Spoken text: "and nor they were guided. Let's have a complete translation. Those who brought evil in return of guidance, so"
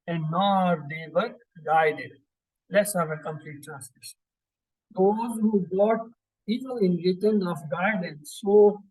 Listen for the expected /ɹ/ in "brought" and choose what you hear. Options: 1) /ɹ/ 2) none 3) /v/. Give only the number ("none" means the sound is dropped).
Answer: 2